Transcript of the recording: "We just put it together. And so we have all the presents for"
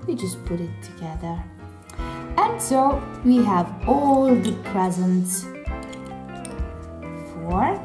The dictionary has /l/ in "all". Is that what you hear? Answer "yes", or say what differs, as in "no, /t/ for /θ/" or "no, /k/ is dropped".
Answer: yes